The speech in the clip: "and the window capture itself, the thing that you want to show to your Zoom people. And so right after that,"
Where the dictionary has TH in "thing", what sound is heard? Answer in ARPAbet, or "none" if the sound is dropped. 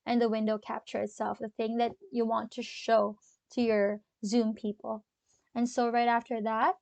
TH